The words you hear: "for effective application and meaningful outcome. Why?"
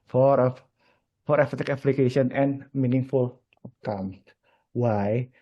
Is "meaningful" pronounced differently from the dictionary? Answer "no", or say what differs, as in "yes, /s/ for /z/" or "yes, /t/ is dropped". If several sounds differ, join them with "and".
no